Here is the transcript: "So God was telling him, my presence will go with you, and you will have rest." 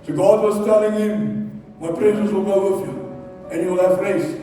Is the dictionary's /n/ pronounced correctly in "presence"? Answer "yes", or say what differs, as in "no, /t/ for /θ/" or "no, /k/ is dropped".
no, /n/ is dropped